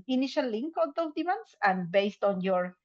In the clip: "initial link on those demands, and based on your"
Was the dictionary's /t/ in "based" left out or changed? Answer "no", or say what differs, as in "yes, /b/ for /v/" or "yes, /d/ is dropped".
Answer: no